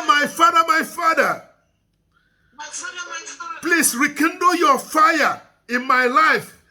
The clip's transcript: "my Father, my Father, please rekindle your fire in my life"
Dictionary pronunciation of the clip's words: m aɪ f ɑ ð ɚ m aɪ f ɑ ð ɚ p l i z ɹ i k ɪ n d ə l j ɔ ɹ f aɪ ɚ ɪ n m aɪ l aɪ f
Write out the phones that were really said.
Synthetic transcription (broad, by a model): m aɪ f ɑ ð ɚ m aɪ f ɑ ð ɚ p l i s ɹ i k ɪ n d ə j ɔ f aɪ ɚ ɪ n m aɪ l aɪ f